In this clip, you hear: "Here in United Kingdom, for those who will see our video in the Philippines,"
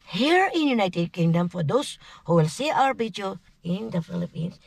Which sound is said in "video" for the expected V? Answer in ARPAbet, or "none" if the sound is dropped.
B